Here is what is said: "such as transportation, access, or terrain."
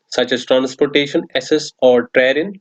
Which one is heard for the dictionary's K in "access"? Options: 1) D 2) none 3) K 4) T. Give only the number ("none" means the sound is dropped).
2